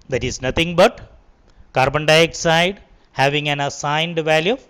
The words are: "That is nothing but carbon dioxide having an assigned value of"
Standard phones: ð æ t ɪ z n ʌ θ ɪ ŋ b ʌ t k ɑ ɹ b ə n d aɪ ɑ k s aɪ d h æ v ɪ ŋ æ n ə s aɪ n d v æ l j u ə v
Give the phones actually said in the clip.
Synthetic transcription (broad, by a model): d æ t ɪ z n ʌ t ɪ ŋ b ʌ t k ɑ ɹ b ə n d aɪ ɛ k s aɪ d h æ v ɪ ŋ æ n ə s aɪ n d v æ l j u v